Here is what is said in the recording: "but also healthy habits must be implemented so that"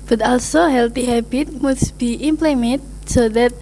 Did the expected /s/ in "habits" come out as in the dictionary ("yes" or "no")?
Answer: no